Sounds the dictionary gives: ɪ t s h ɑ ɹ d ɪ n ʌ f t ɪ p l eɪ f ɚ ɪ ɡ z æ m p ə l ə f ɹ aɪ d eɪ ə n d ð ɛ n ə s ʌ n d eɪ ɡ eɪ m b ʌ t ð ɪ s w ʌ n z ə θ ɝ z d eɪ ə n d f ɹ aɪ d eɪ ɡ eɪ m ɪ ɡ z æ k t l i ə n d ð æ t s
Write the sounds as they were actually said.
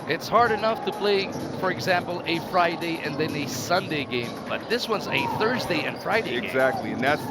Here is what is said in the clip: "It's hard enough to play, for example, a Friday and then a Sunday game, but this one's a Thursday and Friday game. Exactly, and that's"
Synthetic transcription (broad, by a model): ɪ t s h ɑ ɹ d ɪ n ʌ f t ɪ p l eɪ f ɚ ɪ ɡ z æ m p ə l ə f ɹ aɪ d eɪ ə n ð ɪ n ə s ʌ n d eɪ ɡ eɪ m b ʌ t ð ɪ s w ʌ n z ə θ ɝ z d eɪ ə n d f ɹ aɪ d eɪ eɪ ɪ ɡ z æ k t l i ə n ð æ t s